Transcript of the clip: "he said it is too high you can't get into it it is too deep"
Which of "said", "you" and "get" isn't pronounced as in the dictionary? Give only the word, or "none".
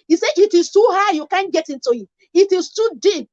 said